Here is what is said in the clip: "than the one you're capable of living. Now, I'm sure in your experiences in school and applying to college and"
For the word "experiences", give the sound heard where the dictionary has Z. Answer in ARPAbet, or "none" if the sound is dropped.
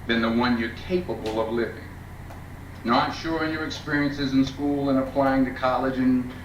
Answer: Z